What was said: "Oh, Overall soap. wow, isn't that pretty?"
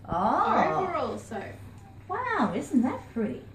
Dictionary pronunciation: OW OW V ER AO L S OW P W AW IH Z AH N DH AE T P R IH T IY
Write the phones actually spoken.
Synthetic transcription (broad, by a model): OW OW ER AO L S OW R W AW IH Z N DH AE T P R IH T IY